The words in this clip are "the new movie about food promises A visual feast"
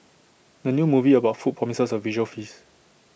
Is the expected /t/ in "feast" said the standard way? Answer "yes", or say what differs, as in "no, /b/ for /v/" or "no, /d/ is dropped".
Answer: no, /t/ is dropped